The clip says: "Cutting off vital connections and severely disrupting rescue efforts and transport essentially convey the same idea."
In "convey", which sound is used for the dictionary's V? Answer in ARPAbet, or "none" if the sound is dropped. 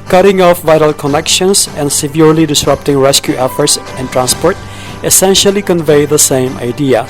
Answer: V